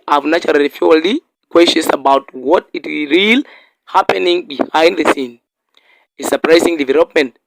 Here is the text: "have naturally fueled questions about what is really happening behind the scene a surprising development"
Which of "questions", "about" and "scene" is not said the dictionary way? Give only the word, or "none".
questions